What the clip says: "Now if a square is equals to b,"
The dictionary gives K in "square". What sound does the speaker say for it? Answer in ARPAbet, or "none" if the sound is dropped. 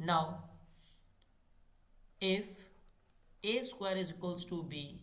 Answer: none